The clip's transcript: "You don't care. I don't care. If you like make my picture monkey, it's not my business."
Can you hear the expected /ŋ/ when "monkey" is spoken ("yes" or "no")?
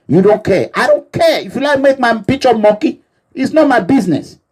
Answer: no